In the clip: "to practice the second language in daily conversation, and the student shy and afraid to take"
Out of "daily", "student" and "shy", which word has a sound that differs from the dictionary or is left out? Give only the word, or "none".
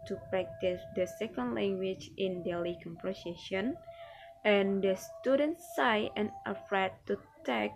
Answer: shy